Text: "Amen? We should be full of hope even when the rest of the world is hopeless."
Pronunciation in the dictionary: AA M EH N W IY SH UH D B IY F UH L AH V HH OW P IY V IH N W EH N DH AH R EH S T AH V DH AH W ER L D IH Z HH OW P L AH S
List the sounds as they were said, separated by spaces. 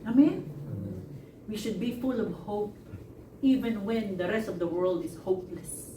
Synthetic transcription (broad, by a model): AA M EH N W IY SH UH D B IY F UH L AH V HH OW P IY V IH N W EH N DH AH R EH S T AH V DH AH W ER L D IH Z HH OW P L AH S